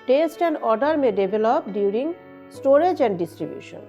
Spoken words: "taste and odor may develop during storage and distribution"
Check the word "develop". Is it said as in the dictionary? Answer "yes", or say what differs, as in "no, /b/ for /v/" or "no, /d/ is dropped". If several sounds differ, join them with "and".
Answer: no, /b/ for /v/